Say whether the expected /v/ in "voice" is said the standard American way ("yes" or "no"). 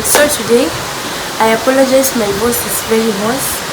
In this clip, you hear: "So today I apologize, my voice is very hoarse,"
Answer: no